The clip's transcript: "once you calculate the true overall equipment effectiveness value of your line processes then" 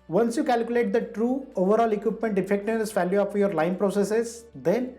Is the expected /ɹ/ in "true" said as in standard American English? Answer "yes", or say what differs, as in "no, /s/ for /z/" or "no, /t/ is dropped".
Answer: yes